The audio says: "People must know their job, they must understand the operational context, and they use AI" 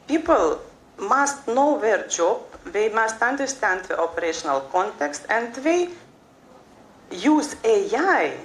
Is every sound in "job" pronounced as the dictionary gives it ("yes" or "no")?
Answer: yes